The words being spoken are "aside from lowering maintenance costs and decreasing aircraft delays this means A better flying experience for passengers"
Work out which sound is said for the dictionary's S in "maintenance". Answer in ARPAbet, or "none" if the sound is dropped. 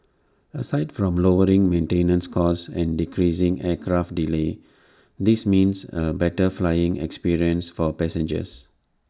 S